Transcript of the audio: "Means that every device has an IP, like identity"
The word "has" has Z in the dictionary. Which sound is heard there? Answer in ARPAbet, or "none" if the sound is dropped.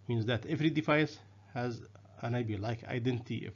Z